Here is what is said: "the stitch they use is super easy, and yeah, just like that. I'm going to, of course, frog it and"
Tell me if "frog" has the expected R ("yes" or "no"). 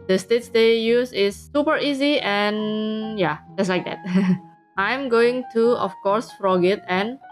yes